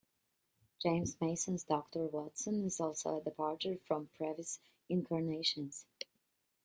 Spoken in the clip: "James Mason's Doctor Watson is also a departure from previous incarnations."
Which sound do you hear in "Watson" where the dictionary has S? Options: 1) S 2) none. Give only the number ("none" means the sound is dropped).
1